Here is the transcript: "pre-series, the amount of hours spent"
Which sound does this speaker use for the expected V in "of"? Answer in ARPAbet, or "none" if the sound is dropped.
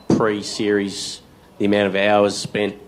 V